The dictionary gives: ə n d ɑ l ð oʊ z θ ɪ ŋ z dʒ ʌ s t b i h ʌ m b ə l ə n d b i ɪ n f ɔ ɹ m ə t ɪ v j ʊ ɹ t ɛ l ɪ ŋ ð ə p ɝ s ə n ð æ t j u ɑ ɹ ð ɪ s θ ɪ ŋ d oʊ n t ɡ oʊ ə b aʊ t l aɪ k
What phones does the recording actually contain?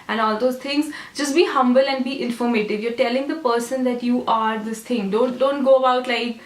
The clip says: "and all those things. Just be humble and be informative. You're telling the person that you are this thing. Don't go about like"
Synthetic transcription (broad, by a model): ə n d ɑ l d oʊ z t ɪ ŋ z dʒ ʌ s t b i h ʌ m b ə l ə n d b i ɪ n f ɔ ɹ m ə t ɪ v j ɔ ɹ t ɛ l ɪ ŋ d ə p ɝ s ə n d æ t j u ɑ ɹ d ɪ s t ɪ ŋ d oʊ n t ɡ oʊ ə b aʊ t l aɪ k